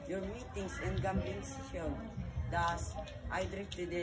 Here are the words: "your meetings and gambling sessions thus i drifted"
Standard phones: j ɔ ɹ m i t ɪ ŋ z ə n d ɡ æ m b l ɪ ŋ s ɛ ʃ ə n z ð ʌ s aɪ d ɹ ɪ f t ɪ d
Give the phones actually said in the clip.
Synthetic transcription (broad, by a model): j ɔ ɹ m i t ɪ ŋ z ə n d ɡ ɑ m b ɪ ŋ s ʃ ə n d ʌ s aɪ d ɹ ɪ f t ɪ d